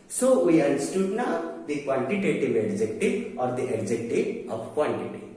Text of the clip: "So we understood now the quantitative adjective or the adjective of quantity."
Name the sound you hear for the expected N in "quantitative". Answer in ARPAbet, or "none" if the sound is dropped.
L